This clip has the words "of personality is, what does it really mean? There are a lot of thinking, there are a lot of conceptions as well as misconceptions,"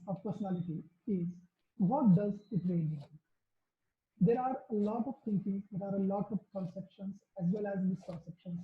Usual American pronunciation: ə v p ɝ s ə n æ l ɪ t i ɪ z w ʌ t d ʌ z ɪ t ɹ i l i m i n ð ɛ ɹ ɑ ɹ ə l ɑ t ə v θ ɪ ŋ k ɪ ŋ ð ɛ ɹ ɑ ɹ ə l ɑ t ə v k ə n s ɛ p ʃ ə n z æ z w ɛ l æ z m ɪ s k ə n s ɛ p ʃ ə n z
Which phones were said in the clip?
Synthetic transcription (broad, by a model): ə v p ɝ s ə n æ l ɪ t i ɪ z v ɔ t d ʌ z ɪ t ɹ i i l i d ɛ ɹ ɑ ɹ ə l ɑ t ə v t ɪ ŋ k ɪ ŋ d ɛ ɹ ɑ ɹ ə l ɑ t ə v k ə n s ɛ p ʃ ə n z æ z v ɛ l æ z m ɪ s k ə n s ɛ p ʃ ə n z